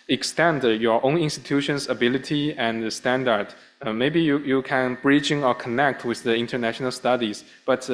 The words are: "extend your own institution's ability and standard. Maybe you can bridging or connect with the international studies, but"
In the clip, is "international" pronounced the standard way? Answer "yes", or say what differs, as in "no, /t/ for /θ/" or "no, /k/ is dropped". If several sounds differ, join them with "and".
yes